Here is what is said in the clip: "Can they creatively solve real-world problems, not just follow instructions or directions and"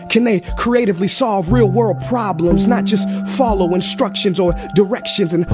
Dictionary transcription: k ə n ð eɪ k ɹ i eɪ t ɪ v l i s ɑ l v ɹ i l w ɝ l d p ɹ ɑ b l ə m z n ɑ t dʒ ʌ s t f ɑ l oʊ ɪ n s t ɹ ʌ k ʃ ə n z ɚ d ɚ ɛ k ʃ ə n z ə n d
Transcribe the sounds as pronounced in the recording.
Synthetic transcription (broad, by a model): k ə n ð eɪ k ɹ i eɪ t ɪ v l i s ɑ l v ɹ i l w ɝ l d p ɹ ɑ b l ə m z n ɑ t dʒ ʌ s t f ɑ l oʊ ɪ n s t ɹ ʌ k ʃ ə n z ɚ d ɚ ɛ k ʃ ə n z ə n